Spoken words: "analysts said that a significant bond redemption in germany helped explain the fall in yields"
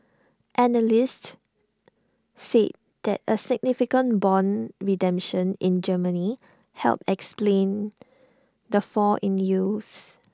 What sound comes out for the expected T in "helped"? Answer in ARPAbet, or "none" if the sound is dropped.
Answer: none